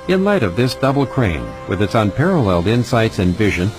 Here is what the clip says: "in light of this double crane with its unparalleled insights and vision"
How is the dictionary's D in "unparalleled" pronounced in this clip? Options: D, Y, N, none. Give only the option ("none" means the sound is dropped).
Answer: D